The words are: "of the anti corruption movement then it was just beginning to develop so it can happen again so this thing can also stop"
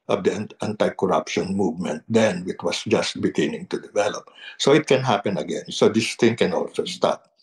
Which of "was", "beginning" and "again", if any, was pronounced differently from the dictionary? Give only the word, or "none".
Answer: was